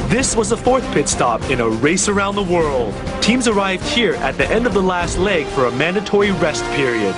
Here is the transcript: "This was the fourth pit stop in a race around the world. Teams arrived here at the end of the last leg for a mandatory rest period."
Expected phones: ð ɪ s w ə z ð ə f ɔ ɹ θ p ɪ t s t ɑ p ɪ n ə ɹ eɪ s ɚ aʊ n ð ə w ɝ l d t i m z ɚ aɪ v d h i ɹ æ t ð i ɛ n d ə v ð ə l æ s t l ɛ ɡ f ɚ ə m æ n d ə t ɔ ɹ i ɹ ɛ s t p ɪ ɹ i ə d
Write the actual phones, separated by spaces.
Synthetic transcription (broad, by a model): ð ɪ s w ə z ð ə f ɔ ɹ θ p ɪ t s t ɑ p ɪ n ə ɹ eɪ s ɚ aʊ n ð ə w ɝ l d t i m z ɚ aɪ v d h i ɹ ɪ t ð i ɛ n d ə v ð ə l æ s t l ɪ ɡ f ɚ ə m æ n d ə t ɔ ɹ i ɹ ɛ s t p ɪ ɹ i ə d